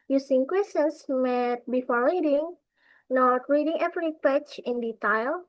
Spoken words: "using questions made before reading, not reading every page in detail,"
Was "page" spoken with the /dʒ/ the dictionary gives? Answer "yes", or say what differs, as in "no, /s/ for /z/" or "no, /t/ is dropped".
no, /tʃ/ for /dʒ/